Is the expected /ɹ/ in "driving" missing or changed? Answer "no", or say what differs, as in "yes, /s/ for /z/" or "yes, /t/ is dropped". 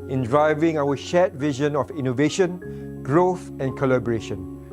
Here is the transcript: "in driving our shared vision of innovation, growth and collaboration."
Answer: no